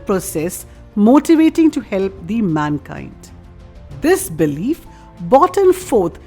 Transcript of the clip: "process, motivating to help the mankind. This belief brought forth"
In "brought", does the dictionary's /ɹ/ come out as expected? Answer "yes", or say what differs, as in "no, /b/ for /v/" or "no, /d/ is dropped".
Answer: no, /ɹ/ is dropped